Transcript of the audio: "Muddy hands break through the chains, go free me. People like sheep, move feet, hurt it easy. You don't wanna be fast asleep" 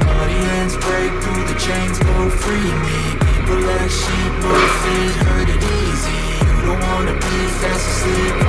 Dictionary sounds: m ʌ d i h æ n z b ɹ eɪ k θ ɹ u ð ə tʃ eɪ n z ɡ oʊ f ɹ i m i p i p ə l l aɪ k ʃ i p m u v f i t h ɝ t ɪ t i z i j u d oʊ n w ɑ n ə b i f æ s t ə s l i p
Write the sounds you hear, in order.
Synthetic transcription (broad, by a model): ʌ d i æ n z b ɹ eɪ k θ ɹ u ð ə tʃ eɪ n z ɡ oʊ f ɹ i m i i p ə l l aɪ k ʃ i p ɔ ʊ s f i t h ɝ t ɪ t i z i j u d oʊ n w ɑ n ə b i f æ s ə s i